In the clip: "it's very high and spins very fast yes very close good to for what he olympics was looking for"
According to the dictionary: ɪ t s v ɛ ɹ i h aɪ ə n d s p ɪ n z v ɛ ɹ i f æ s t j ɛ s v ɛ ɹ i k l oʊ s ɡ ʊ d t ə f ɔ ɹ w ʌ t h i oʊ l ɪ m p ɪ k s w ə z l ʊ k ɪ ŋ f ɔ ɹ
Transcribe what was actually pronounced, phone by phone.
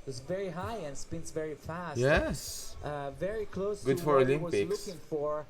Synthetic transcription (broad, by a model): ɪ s v ɛ ɹ i h aɪ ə n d s p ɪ n s v ɛ ɹ i f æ s j ɛ s v ɛ ɹ i k l oʊ s ɡ ʊ d f ɔ ɹ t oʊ l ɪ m ɪ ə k l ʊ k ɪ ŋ f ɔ ɹ